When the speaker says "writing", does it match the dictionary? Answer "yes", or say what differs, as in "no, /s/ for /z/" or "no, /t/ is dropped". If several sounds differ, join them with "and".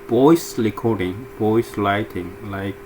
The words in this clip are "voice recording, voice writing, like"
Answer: no, /l/ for /ɹ/